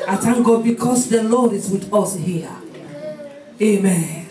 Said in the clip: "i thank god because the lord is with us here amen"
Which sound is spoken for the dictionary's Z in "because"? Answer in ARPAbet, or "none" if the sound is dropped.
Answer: S